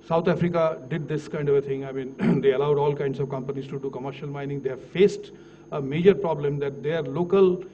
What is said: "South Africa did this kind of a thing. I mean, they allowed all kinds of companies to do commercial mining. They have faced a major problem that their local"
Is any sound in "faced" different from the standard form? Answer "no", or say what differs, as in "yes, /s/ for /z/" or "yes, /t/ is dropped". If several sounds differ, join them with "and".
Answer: no